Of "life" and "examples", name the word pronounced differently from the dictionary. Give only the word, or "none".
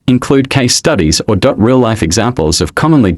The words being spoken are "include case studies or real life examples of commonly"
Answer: none